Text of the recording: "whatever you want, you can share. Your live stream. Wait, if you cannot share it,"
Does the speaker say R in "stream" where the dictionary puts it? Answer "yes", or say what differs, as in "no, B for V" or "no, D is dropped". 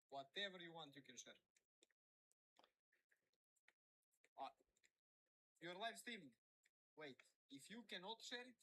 no, R is dropped